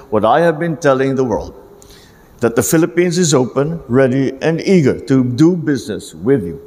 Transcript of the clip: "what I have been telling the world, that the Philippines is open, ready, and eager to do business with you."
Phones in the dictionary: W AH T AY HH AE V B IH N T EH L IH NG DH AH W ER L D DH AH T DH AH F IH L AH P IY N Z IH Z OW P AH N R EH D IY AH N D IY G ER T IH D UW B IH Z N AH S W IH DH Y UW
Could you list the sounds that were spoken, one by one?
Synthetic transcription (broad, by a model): W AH T AY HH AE V B IH N T EH L IH NG DH AH W ER L D DH AH T DH AH F IH L AH P IY N Z IH Z OW P AH N R EH D IY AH N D IY G ER T IH D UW B IH Z N AH S W IH DH Y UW